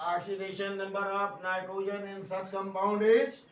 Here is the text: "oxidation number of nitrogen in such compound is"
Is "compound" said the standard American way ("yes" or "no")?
no